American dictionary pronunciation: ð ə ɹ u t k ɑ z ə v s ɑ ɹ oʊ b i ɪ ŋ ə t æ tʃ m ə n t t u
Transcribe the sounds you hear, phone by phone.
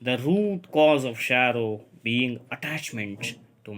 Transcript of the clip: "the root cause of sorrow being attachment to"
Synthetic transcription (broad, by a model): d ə ɹ u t k ɑ z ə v ʃ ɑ ɹ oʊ b i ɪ ŋ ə t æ tʃ m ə n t t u